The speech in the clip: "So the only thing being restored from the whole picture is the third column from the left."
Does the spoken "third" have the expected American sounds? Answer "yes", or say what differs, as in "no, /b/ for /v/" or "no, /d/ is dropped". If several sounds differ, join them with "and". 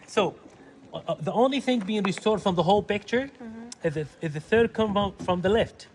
yes